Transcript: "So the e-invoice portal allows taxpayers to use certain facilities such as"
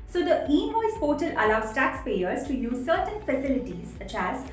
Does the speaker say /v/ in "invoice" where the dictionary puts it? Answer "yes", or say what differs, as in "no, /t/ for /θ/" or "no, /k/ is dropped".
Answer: no, /v/ is dropped